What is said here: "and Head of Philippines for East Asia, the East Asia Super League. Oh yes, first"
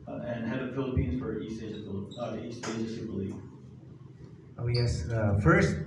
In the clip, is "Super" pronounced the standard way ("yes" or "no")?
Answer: no